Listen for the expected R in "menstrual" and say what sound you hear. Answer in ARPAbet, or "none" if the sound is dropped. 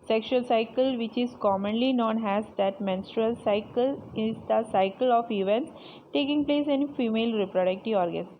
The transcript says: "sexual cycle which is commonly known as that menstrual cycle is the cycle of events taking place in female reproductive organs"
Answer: R